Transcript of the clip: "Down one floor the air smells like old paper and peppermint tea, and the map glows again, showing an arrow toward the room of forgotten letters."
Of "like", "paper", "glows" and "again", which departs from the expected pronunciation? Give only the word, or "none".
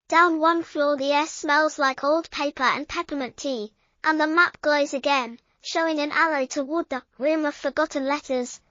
none